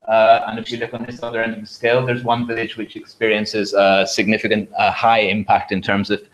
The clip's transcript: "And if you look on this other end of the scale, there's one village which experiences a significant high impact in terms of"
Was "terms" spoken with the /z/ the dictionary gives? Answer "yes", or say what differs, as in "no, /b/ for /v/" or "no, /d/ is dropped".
yes